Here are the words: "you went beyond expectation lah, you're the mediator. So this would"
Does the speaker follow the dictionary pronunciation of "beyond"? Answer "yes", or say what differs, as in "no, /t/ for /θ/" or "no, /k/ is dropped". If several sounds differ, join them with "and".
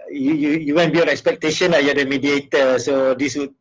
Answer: no, /d/ is dropped